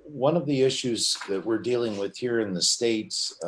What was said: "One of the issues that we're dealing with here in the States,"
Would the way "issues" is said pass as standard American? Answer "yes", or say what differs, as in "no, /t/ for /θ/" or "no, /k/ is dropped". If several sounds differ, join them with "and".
yes